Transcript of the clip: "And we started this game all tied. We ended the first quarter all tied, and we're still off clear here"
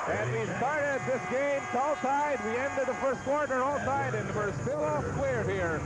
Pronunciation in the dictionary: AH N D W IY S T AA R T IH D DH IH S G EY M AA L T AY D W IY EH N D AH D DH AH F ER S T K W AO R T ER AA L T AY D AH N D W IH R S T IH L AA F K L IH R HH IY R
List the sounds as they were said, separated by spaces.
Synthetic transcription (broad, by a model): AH N W IY S T AA R T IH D DH IH S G EY M AA L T AY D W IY EH N D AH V DH AH F ER S T K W AO R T ER AA L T AY D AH N W IH R S T IH L AA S K W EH R HH IY R